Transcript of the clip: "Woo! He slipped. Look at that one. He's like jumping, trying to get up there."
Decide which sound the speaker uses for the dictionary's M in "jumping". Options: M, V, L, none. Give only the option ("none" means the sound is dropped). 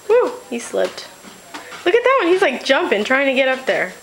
M